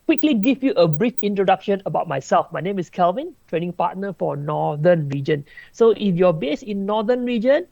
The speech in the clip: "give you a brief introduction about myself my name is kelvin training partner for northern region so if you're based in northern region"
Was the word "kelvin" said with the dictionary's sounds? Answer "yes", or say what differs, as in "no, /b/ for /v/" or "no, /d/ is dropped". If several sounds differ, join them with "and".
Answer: yes